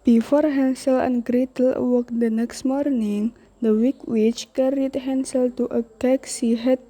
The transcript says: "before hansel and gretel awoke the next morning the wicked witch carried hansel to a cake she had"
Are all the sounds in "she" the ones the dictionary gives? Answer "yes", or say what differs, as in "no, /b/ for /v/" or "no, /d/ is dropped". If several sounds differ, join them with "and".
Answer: no, /s/ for /ʃ/